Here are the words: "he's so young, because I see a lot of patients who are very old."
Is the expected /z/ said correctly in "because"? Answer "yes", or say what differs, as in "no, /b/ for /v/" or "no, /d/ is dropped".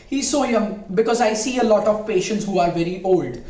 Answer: yes